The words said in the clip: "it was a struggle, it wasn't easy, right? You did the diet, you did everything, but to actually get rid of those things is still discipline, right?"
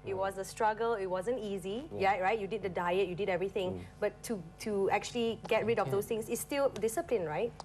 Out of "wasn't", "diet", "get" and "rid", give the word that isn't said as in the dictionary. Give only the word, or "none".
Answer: none